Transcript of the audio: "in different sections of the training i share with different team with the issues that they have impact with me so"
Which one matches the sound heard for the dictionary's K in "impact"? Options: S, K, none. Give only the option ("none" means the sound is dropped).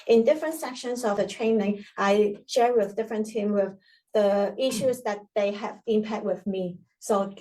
none